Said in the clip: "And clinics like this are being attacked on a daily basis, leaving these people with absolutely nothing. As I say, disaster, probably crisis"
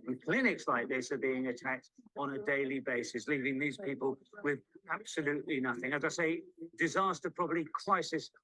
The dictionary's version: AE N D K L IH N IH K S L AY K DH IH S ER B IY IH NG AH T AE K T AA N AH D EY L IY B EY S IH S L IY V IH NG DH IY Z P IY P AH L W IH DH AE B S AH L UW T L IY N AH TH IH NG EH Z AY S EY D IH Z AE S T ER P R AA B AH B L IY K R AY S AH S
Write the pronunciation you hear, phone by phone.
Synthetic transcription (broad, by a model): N K L IH N IH K S L AY K DH IH S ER B IY IH NG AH T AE K T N AH D EY L IY B EY S IH S L IY V IH NG DH IY Z P IY P AH L W IH DH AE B S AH L UW T L IY N AH TH IH NG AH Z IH S EY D IH Z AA S T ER P R AA B AH B L IY K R AY S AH S